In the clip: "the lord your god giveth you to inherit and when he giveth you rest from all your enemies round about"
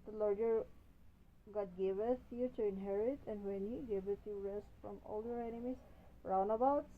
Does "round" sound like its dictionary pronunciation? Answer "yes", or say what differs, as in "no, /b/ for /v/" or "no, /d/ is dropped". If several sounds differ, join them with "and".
no, /d/ is dropped